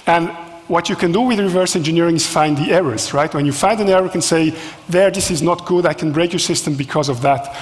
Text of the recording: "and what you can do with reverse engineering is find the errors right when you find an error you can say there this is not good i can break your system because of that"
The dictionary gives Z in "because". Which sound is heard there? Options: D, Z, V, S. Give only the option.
Z